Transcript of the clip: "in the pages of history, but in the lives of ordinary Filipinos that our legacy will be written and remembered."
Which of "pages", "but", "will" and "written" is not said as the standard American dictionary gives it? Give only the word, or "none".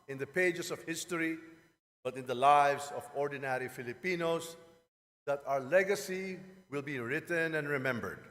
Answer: pages